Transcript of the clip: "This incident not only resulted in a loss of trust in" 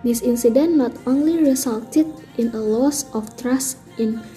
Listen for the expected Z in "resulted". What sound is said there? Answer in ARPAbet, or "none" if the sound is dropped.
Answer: S